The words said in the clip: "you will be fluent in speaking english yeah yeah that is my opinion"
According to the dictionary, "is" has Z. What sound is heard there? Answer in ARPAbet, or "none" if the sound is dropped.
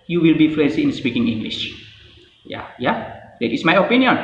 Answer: S